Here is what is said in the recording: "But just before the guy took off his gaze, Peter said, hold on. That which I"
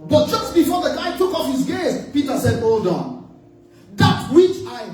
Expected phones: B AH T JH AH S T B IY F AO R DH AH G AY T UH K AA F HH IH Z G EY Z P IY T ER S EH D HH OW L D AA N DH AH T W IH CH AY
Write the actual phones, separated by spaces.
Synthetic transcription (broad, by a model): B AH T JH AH S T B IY F AO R DH AH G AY T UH K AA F HH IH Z G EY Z P IY T ER S EH D OW D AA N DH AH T W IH CH AY